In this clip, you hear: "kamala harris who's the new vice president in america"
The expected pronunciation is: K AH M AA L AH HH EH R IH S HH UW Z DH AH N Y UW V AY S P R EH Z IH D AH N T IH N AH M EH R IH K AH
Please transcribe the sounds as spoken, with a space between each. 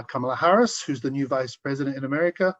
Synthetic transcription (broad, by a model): K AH M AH L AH HH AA R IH S HH UW Z DH AH N Y UW V AY S P R EH Z IH D AH N T IH N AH M EH R IH K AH